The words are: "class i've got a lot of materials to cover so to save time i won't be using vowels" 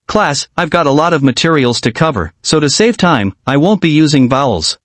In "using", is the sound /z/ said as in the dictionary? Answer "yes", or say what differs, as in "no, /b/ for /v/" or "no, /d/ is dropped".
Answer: yes